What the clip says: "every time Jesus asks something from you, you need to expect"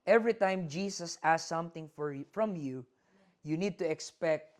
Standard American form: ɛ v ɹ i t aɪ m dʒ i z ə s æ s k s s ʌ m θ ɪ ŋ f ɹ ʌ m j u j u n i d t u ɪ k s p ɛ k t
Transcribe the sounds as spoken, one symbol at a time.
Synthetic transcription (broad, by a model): ɛ v ɹ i t aɪ m dʒ i s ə s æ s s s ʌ m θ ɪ ŋ f ɹ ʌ m j u j u n i d t u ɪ k s p ɛ k t